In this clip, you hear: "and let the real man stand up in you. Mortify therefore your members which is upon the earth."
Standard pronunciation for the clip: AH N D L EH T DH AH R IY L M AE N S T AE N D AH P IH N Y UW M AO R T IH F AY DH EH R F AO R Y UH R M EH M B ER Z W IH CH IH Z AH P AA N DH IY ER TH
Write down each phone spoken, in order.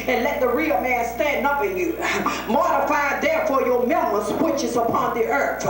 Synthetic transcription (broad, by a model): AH N L EH T DH AH R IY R M AE N S T AE N D AH P IH N Y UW M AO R T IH F AY DH EH R F AO R Y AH R M EH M ER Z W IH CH IH Z AH P AA N DH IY ER TH